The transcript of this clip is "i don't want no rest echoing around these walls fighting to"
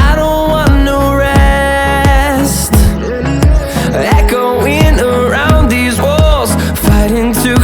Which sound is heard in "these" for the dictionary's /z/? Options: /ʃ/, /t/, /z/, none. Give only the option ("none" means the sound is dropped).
/z/